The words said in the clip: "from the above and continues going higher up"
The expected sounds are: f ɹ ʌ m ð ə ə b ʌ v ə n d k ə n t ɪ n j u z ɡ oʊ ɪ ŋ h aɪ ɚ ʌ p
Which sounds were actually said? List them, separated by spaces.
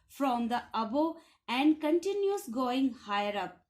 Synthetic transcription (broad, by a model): f ɹ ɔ m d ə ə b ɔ ə n d k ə n t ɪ n j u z ɡ oʊ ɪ ŋ h aɪ ɚ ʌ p